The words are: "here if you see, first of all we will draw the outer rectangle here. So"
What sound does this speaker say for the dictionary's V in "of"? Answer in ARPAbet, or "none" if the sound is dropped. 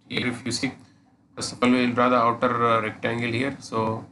P